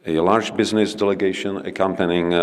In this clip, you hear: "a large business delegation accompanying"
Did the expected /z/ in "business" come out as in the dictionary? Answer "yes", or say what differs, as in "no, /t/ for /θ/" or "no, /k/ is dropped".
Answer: yes